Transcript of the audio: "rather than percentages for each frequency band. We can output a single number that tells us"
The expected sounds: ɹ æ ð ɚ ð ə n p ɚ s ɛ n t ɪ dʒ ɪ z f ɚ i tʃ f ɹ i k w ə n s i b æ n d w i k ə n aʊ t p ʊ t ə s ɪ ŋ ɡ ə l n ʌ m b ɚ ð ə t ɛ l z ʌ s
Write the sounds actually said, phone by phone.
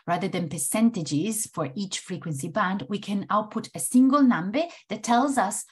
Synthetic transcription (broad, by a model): ɹ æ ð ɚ ð ə n p ɚ s ɛ n t ɪ dʒ ɪ z f ɚ i tʃ f ɹ i k w ə n s i b æ n d w i k ə n aʊ t p ʊ t ə s ɪ ŋ ɡ ə l n ʌ m b ɚ ð ə t ɛ l z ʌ s